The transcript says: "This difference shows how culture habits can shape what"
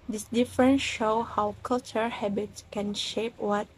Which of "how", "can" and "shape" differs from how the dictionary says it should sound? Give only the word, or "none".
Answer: none